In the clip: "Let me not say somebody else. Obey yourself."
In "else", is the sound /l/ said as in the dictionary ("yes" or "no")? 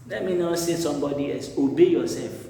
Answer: no